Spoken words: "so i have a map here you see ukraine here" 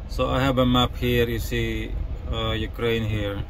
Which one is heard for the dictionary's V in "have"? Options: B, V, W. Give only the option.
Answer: B